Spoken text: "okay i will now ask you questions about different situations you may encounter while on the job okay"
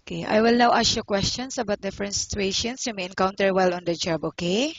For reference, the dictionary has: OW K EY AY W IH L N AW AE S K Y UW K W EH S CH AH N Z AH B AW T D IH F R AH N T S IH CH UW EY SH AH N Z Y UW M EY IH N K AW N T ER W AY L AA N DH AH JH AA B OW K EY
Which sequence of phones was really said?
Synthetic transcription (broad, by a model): K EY AY W IH L N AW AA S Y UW K W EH S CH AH N S AH B AW T D IH F R AH N T S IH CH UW EY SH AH N S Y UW M EY IH N K AW N T ER W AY L AA N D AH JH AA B OW K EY